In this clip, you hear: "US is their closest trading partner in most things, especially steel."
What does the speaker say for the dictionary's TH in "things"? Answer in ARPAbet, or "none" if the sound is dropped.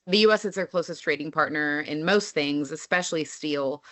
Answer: TH